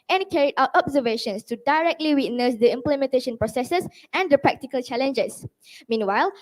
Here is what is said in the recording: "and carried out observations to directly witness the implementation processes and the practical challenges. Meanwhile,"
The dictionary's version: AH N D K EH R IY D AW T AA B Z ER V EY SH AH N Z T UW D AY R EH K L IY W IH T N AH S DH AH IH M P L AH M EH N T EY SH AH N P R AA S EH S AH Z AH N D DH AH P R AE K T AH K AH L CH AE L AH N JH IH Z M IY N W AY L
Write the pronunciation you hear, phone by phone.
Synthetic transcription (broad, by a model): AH N K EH R IY AW T AA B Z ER V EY SH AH N S T UW D AY R EH K L IY W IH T N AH S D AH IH M P L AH M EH N T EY SH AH N P R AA S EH S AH S AH N D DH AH P R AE K T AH K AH L CH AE L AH N JH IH S M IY N W AY L